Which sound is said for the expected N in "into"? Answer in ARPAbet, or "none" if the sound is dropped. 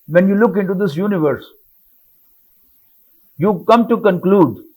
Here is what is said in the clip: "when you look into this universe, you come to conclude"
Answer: N